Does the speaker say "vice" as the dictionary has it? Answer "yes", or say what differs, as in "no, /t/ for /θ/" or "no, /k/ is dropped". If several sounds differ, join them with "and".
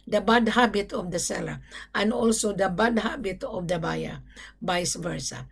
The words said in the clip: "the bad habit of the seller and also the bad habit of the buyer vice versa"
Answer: no, /b/ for /v/